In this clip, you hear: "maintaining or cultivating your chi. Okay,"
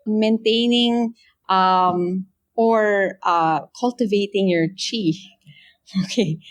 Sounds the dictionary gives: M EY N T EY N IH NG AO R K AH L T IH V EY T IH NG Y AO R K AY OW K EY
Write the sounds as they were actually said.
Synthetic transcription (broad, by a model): M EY N T EY N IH NG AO R K AH L T IH V EY T IH NG Y AO R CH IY OW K EY